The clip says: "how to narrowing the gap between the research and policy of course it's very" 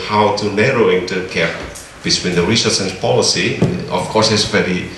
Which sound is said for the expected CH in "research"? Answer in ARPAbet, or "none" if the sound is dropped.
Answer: S